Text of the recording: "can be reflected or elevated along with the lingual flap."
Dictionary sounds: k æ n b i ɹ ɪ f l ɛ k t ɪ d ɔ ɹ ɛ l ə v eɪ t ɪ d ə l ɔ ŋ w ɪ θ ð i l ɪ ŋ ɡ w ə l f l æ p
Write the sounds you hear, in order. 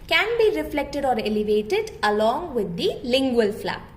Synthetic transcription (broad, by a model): k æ n b i ɹ ɪ f l ɛ k t ɪ d ɔ ɹ ɛ l ə v eɪ t ɪ d ə l ɔ ŋ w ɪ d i l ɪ ŋ ɡ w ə l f l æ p